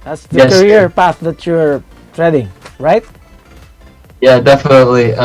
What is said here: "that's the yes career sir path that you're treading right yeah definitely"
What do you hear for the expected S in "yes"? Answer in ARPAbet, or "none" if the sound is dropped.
none